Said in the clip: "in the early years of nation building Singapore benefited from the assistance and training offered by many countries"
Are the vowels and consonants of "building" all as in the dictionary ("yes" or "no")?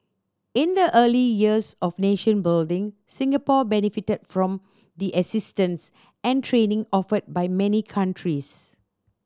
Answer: yes